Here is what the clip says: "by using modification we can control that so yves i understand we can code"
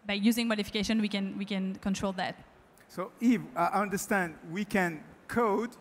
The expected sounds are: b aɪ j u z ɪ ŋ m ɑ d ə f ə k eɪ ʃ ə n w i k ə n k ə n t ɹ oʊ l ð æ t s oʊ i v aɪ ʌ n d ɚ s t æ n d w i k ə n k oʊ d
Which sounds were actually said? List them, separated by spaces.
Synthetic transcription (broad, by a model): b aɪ j u z ɪ ŋ m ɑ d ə f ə k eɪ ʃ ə n w i k ə n k ə n t ɹ oʊ l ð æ t s oʊ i f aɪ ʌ n d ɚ s t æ n d w i k ə n k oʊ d